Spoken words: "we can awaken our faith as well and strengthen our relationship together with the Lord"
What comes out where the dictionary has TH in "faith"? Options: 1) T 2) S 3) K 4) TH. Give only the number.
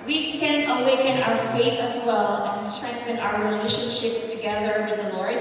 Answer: 4